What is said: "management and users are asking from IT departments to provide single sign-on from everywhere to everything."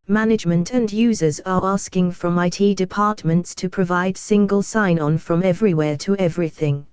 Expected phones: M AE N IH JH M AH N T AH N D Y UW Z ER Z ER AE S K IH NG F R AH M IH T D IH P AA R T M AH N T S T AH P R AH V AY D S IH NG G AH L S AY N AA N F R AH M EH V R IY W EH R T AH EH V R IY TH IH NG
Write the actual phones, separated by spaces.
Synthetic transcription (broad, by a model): M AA N IH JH M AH N T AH N Y UW Z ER Z ER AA S K IH NG F R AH M IH T D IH P AA T M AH N T S T AH P R AH V AY D S IH NG G AH L S AY N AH N F R AH M EH V R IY W EH T AH EH V R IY TH IH NG